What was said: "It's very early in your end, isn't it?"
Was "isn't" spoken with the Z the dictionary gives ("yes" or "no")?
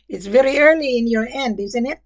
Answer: yes